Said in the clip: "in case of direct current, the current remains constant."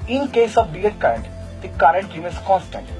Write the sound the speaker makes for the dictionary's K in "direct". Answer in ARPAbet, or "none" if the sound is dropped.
none